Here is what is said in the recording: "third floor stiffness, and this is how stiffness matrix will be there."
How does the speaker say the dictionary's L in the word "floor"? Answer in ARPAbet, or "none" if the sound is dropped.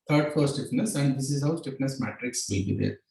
none